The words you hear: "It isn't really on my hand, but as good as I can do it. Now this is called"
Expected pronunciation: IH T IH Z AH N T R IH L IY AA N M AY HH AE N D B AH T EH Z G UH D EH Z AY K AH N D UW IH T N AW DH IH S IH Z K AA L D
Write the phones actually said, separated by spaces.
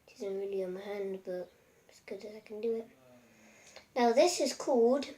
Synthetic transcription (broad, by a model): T IH Z AH N T R IH L IY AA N M AY HH AE N D B AH T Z G UH D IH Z AY K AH N D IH IH T N AW DH IH S IH Z K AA L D